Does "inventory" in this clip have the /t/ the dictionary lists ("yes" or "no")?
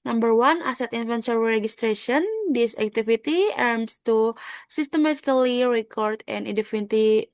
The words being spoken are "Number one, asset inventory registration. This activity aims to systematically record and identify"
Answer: no